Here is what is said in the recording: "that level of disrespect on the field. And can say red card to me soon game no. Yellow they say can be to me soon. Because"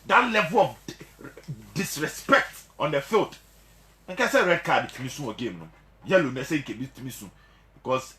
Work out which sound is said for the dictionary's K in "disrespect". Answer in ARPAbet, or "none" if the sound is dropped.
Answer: K